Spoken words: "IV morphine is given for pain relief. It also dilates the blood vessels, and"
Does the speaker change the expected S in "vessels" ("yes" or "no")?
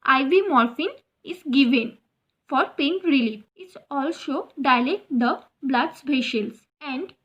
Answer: yes